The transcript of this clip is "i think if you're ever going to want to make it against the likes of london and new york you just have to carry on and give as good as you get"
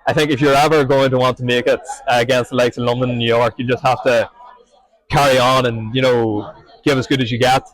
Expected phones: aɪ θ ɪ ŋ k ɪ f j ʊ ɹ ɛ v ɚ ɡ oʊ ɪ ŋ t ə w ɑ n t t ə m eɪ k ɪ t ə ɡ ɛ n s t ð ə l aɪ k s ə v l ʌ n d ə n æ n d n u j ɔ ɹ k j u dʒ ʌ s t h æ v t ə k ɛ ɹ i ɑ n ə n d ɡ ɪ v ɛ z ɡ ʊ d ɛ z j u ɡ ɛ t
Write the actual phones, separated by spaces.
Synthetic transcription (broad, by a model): aɪ θ ɪ ŋ k ɪ f j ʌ ɹ ɛ v ɚ ɡ oʊ ɪ ŋ t ə w ɑ n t t ə m eɪ k ɪ t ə ɡ ɛ n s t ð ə l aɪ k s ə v l ʌ n d ə n n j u j ɔ ɹ k j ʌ dʒ ʌ s t h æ f t ə k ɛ ɹ i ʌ n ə n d ɡ ɪ v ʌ z ɡ ʊ d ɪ z j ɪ ɡ ɛ t